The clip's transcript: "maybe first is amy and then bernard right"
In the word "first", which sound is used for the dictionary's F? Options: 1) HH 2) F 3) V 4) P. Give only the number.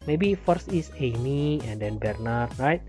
2